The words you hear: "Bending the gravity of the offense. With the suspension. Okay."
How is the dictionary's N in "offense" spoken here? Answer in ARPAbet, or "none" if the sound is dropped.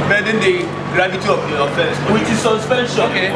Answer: none